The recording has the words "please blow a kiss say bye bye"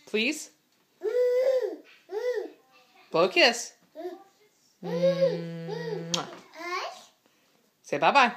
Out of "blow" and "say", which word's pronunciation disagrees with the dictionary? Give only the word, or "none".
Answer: blow